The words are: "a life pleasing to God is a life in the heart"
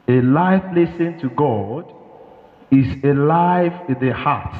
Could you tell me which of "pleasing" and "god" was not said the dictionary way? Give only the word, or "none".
pleasing